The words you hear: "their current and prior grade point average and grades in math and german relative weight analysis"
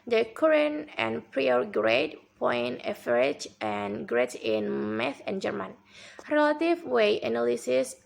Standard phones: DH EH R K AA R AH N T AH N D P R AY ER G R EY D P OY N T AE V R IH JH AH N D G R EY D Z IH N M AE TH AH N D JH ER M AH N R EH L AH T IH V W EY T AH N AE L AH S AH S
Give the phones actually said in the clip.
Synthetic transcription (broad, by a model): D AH K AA R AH N AH N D P R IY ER G R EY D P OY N EH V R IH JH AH N G R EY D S IH N M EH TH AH N JH ER M AH N R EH L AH T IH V W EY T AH N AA L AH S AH S